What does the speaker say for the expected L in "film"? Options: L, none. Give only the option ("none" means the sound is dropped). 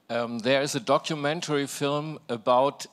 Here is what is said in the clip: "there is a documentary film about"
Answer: L